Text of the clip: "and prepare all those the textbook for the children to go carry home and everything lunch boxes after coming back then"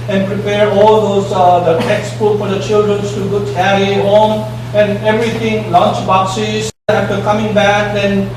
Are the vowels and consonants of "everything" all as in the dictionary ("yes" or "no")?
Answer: no